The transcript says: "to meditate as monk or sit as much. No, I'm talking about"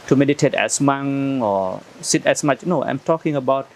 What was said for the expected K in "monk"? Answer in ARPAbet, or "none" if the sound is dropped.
none